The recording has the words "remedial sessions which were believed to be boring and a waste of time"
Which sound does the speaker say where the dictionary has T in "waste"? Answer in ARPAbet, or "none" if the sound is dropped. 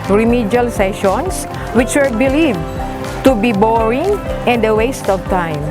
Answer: T